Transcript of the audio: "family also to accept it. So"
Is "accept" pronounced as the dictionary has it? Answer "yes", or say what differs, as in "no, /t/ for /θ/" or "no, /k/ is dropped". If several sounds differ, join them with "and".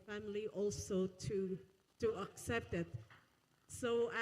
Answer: yes